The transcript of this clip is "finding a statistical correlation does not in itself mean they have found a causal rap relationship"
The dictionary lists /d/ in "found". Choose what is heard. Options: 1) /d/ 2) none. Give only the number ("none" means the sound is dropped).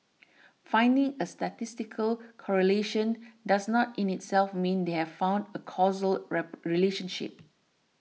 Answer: 1